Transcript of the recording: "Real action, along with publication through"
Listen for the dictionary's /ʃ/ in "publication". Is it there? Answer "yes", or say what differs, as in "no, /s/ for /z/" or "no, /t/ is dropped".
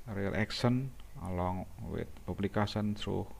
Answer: no, /s/ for /ʃ/